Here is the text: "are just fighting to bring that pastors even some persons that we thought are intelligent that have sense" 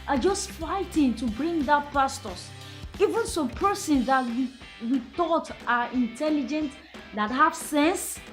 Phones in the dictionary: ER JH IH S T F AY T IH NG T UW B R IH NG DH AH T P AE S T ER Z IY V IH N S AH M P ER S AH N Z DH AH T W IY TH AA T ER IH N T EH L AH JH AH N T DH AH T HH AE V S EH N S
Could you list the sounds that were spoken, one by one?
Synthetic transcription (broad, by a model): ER JH IH S T F AY T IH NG T UW B R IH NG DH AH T P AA S T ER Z IY V IH N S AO P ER S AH N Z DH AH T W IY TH AA T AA IH N T EH L AH JH AH N T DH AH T HH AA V S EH N S